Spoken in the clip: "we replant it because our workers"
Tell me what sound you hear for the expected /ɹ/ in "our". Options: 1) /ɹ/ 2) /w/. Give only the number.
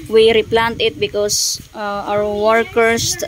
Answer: 2